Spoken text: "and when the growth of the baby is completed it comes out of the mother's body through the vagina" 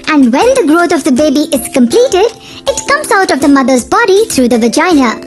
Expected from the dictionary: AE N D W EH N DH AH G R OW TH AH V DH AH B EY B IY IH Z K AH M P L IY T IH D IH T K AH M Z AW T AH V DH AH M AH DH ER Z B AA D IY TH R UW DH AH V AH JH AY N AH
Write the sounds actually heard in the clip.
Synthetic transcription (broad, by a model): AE N D W EH N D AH G R OW T AH V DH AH B EY B IY IH Z K AH M P L IY T IH D IH T K AH M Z AW T AH V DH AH M AH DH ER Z B AA D IY T R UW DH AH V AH JH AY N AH